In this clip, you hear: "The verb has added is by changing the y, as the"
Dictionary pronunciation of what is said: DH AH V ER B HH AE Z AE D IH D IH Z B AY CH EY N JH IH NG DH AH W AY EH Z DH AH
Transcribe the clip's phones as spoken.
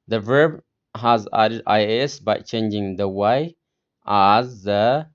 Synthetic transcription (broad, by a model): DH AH V ER B HH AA Z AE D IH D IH S B AY CH EY N JH IH NG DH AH W AY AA Z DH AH